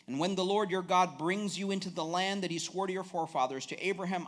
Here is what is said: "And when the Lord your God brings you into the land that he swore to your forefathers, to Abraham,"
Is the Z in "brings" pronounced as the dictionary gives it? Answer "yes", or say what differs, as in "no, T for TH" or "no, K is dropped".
yes